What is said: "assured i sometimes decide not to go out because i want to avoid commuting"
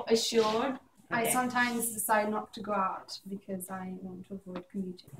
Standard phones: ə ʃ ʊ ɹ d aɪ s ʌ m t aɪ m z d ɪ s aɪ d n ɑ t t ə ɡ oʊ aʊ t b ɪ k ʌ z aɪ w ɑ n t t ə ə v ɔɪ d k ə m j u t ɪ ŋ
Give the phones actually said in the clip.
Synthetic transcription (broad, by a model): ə ʃ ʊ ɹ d aɪ s ʌ m t aɪ m z d ɪ s aɪ d n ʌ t t ə ɡ oʊ aʊ t b ɪ k ʌ z aɪ w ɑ n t t ə ə v ɔɪ d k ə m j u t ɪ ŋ